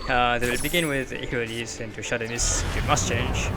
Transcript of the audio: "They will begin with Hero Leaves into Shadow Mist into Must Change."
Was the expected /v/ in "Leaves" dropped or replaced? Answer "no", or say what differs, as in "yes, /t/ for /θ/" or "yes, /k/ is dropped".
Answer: yes, /v/ is dropped